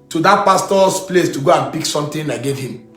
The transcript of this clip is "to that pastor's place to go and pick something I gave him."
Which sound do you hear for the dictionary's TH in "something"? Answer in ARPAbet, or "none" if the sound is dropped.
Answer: T